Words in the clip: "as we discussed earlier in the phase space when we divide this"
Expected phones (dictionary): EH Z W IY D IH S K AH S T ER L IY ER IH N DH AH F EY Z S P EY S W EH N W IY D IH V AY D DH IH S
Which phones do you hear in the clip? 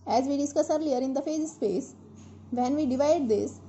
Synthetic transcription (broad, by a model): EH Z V IY D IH S K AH S ER L IY ER IH N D AH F EY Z S P EY S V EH N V IY D IH V AY D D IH S